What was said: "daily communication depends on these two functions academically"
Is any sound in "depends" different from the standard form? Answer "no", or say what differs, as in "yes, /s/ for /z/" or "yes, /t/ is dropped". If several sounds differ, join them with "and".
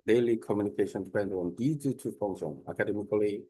yes, /z/ is dropped